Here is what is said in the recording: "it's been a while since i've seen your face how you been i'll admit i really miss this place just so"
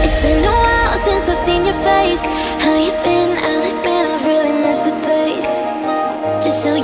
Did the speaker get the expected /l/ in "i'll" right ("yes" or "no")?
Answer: no